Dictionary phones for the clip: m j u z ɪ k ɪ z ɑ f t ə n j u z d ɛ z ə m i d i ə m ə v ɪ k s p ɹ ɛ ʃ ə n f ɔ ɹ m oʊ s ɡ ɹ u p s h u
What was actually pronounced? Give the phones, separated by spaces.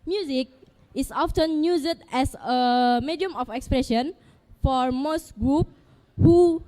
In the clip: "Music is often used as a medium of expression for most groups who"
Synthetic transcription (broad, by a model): m j u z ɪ k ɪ s ɑ f t ə n j u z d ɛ s ə m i d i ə m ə f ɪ k s p ɹ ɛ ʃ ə n f ɔ ɹ m oʊ s ɡ ɹ u p h u